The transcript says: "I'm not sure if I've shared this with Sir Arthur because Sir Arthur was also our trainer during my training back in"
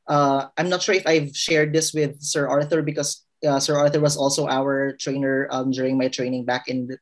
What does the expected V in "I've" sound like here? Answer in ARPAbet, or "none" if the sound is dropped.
V